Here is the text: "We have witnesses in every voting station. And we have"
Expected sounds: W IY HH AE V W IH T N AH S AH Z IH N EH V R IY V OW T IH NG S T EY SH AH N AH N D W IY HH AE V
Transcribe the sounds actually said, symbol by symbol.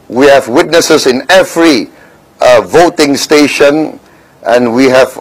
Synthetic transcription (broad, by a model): W IY HH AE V W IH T N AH S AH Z IH N EH V R IY V OW T IH NG S T EY SH AH N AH N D W IY HH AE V